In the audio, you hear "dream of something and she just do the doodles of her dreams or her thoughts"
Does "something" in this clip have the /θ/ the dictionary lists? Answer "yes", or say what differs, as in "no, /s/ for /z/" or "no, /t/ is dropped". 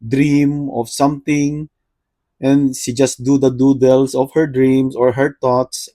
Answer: no, /t/ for /θ/